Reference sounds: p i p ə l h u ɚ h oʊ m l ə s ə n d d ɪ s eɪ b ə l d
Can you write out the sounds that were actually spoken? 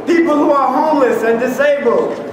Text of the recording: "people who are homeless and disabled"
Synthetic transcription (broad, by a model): p i p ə l h u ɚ h oʊ m l ə s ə n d d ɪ s eɪ b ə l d